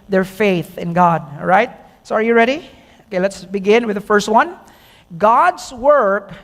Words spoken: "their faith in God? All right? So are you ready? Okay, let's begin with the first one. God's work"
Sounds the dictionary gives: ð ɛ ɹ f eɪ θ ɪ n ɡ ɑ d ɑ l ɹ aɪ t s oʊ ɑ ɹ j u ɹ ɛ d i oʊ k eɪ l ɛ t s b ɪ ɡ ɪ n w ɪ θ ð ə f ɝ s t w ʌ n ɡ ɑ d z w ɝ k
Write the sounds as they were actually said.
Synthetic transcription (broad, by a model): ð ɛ ɹ f eɪ θ ɪ n ɡ ɑ d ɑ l ɹ aɪ t s oʊ ɑ ɹ j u ɹ ɛ d i oʊ k eɪ l ɛ t s b ɪ ɡ ɪ n w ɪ ð ə f ɝ s t w ʌ n ɡ ɑ d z w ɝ k